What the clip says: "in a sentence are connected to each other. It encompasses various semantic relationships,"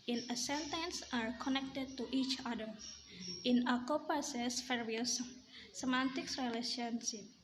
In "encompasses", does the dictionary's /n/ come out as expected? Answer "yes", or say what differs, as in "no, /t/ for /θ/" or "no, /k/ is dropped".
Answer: no, /n/ is dropped